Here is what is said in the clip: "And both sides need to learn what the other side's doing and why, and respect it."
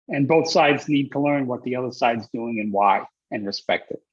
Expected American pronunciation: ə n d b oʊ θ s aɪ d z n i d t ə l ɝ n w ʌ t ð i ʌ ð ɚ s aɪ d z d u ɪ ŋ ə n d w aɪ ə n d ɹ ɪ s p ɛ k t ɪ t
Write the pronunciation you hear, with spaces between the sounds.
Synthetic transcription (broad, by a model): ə n b oʊ θ s aɪ d z n i d t ə l ɝ n w ʌ t ð i ʌ ð ɚ s aɪ d z d u ɪ ŋ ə n w aɪ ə n ɹ ɪ s p ɛ k t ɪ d